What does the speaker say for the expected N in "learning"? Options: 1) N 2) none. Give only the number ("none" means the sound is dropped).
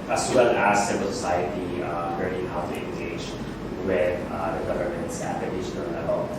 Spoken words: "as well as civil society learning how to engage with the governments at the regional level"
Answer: 2